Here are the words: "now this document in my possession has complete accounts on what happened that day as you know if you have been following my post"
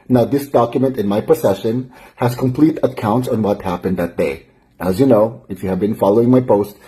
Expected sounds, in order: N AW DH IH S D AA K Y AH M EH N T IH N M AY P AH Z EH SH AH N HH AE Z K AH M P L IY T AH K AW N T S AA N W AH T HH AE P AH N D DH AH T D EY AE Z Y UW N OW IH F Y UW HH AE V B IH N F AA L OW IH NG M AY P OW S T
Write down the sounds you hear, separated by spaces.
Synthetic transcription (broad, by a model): N AW DH IH S D AA K Y AH M EH N T IH N M AY P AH S EH SH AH N HH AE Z K AH M P L IY T AH K AW N T S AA N W AH T HH AE P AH N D DH AH T D EY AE Z Y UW N OW IH F Y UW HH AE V B IH N F AA L OW IH NG M AY P OW S T